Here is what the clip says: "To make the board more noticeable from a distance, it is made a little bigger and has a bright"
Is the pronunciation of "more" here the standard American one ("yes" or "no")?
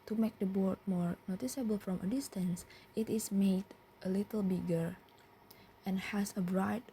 yes